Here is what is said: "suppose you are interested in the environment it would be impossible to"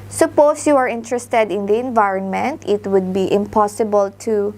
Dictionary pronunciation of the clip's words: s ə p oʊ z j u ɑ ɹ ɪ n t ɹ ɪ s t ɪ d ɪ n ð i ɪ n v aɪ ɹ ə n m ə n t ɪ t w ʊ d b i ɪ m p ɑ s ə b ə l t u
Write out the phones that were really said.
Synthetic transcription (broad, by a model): s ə p oʊ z j u ɑ ɹ ɪ n t ɹ ɪ s t ɪ d ɪ n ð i ɪ n v aɪ ɹ ə n m ə n t ɪ t w ʊ d b i ɪ m p ɑ s ə b ə l t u